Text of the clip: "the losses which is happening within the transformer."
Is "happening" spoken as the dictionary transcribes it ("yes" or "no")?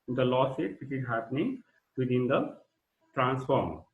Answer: yes